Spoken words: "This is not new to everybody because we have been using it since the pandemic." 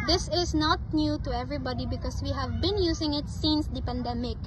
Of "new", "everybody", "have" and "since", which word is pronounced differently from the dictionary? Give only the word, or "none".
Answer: none